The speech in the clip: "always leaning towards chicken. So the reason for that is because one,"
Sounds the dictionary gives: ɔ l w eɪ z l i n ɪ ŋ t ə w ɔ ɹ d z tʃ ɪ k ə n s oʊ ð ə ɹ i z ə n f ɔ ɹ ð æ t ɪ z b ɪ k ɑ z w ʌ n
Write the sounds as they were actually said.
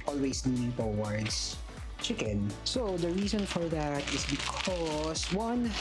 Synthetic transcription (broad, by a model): ɔ l w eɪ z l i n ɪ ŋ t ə w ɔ ɹ d s tʃ ɪ k ə n s oʊ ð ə ɹ i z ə n f ɔ ɹ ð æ t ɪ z b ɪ k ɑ s w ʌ n